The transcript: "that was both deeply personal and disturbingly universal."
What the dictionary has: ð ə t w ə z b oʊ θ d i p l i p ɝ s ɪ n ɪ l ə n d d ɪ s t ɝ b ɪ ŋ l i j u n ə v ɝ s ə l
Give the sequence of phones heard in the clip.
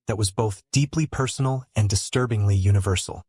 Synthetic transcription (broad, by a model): ð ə t w ə z b oʊ θ d i p l i p ɝ s n l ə n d d ɪ s t ɝ b ɪ ŋ l i j u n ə v ɝ s l